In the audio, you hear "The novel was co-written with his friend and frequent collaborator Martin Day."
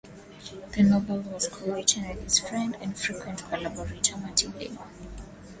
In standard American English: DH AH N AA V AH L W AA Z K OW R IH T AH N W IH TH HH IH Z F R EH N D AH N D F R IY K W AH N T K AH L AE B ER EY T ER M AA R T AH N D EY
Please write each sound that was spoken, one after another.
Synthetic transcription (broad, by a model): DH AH N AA B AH L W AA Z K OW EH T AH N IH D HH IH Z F R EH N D AH N D F R IY K W AH N T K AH L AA B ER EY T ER M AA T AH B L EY